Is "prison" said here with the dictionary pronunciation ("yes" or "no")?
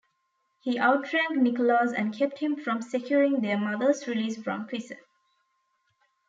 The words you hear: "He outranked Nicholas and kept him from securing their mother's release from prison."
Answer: no